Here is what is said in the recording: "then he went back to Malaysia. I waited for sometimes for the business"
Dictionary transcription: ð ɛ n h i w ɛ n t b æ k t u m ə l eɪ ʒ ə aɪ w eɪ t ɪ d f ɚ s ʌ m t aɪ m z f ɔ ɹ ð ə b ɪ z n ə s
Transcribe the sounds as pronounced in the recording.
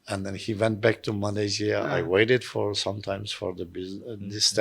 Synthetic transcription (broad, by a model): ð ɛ n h i w ɛ n t b æ k t u m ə l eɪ z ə aɪ w eɪ t ɪ d f ɚ s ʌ m t aɪ m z f ɔ ɹ ð ə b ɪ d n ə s